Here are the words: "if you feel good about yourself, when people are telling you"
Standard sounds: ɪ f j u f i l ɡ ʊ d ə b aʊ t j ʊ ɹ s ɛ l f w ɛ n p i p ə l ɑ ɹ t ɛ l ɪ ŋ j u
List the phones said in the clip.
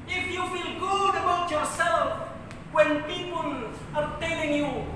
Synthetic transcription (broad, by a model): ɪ f j u f i l ɡ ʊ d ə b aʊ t j ʊ ɹ s ɛ l f w ɛ n p i p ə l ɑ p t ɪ n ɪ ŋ j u